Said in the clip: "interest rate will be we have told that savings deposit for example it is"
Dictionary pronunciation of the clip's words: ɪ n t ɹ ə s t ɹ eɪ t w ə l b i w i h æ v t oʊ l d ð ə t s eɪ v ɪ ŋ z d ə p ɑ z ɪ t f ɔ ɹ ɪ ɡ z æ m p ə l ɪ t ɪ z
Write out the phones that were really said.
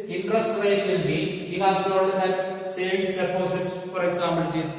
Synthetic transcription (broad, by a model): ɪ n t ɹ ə s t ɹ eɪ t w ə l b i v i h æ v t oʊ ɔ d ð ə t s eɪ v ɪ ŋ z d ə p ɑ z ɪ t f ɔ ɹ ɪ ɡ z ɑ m ə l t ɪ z